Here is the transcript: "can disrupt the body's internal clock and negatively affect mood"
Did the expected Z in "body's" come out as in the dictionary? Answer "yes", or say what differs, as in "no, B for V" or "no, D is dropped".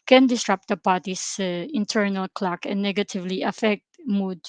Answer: no, S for Z